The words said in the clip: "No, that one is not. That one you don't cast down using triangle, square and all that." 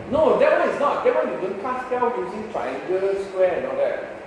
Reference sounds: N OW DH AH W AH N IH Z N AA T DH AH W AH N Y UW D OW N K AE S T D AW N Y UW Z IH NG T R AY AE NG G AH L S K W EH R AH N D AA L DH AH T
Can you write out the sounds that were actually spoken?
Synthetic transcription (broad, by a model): N OW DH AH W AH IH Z N AA T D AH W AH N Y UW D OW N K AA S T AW L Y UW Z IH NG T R AY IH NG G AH S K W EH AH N AA L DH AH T